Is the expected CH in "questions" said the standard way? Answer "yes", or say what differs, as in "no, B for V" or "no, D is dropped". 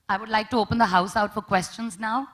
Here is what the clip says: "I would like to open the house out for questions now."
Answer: yes